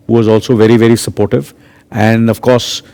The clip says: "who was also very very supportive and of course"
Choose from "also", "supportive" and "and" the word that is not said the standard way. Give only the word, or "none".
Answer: none